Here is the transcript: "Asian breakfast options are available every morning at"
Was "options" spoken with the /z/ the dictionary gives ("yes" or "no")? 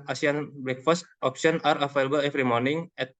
no